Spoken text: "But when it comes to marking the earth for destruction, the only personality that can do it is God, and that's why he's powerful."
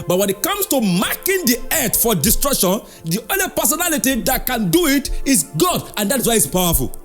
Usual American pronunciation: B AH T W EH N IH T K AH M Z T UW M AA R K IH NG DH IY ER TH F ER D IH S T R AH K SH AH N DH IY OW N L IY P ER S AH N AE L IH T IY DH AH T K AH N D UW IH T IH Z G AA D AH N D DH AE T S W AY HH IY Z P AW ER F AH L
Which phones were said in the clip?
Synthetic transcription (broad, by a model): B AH T W EH N IH T K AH M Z T UW M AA K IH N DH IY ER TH F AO D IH S T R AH K SH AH N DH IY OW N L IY P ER S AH N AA L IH T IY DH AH T K AH N D UW IH T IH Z G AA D AH N D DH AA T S W AY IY S P AW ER F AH L